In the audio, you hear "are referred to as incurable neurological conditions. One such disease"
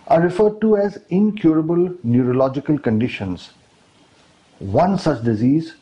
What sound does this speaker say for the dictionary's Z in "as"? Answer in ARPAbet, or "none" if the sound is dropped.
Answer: Z